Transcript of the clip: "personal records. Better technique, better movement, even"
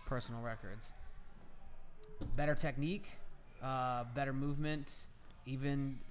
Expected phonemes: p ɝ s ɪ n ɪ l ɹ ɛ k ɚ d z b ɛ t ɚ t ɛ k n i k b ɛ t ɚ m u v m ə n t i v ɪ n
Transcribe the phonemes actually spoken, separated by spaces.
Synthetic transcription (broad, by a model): p ɝ s n l ɹ ɛ k ɚ d z b ɛ t ɚ t ɛ k n i k b ɛ t ɚ m u v m ə n t i v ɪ n